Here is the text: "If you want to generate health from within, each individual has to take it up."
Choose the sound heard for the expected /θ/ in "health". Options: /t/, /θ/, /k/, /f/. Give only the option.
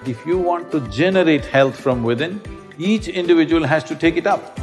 /t/